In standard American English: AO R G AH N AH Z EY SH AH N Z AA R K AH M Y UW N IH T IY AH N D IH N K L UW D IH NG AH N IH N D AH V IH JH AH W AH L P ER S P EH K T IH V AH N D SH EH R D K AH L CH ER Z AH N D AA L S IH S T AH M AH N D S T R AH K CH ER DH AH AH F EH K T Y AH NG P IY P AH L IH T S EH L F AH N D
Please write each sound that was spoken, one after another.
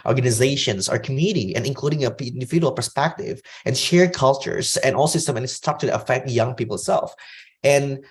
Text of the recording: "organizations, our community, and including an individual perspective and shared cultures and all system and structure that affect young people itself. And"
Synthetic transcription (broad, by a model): AO R G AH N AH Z EY SH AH N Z AA R K AH M Y UW N IH T IY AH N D IH N K L UW D IH NG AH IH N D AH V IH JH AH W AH L P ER S P EH K T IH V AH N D SH EH R D K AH L CH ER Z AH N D AA L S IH S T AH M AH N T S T AO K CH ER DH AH AH F EH K T Y AH NG P IY P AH L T S EH L F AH N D